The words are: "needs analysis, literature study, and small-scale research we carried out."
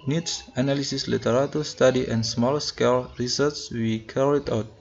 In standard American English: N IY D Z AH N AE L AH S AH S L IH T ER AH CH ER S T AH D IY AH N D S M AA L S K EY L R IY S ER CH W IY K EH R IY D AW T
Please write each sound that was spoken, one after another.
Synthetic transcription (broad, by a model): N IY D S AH N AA L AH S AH S L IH T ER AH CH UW S T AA D IY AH N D S M AA L S K EY L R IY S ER S W IY K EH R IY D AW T